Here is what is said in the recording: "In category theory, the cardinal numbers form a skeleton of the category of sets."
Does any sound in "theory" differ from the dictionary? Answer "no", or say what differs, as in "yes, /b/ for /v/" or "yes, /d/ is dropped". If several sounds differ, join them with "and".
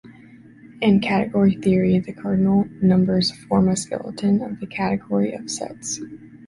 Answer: no